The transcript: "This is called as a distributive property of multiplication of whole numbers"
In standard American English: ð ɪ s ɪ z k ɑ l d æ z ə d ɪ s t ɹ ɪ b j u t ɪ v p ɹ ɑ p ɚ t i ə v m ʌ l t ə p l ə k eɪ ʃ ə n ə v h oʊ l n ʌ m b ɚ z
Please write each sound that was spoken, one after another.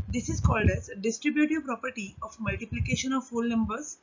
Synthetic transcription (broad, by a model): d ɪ s ɪ z k ɑ l d æ z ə d ɪ s t ɹ ɪ b j u t ɪ v p ɹ ɑ p ɚ t i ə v m ʌ l t ə p l ə k eɪ ʃ ə n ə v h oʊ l n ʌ m b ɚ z